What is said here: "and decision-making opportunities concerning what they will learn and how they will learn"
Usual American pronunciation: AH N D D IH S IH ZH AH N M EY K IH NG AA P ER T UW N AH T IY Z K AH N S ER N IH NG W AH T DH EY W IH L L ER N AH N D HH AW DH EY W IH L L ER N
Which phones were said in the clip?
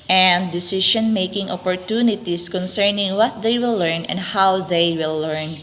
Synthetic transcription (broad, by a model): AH N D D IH S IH SH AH N M EY K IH NG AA P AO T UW N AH T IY S K AH N S ER N IH NG W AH T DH EY W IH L L ER N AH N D HH AW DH EY W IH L L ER N